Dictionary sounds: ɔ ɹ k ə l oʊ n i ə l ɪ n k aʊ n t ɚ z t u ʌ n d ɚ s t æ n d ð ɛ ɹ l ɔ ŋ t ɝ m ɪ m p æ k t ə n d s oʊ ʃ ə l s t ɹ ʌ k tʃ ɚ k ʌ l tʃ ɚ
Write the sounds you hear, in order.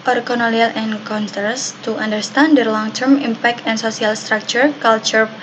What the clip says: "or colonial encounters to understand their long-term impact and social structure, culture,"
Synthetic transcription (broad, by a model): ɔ ɹ k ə n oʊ l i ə l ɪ n k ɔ n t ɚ s t u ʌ n d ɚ s t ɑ n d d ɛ ɹ l ɔ ŋ t ɝ m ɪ m p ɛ k t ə n s oʊ s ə l s t ɹ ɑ k tʃ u k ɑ l tʃ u